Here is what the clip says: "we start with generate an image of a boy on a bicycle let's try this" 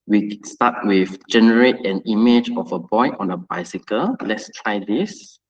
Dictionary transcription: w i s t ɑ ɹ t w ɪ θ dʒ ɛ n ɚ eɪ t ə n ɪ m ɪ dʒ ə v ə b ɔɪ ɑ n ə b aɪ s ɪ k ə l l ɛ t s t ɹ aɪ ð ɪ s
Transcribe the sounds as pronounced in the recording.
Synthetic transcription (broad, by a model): w i s t ɑ t w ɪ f dʒ ɛ n ɚ eɪ t ə n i m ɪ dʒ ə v ə b ɔɪ ɑ n ə b aɪ s ɪ k ə l l ɛ t s t ɹ aɪ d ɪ s